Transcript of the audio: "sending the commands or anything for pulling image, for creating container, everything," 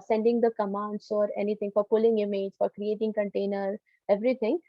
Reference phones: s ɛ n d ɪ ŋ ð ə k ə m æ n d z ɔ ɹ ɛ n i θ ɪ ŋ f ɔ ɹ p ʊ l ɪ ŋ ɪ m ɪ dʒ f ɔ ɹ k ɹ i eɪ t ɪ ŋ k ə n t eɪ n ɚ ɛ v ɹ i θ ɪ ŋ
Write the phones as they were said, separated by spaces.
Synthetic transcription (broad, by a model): s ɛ n d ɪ ŋ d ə k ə m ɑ n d s ɔ ɹ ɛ n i t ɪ ŋ f ɔ ɹ p ʊ l ɪ ŋ ɪ m ɪ dʒ f ɔ ɹ k ɹ i eɪ t ɪ ŋ k ə n t eɪ n ɚ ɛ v ɹ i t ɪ ŋ